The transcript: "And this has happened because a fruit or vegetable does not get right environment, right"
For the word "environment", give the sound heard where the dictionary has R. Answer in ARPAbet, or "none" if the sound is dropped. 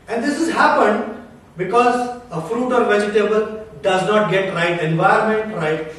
none